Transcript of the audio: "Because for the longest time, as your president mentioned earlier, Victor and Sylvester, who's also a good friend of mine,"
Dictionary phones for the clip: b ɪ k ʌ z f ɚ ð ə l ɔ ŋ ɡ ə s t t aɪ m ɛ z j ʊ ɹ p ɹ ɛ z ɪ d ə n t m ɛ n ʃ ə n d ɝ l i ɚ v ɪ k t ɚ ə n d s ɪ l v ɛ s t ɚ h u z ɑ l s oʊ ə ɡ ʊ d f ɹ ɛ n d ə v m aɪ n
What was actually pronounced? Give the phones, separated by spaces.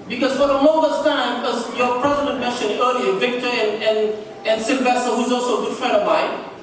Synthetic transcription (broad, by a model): b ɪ k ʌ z f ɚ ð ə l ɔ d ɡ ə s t t aɪ m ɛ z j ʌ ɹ p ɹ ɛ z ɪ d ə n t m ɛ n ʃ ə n ɝ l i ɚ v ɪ k t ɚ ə n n s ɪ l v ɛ s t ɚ h u z ɑ l s oʊ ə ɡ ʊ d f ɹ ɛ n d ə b aɪ